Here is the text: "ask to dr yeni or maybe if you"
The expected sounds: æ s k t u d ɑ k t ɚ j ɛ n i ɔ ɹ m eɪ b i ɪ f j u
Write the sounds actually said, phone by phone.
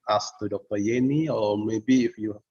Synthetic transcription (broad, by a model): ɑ s t u d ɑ k t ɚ j ɛ n i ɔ l m eɪ b i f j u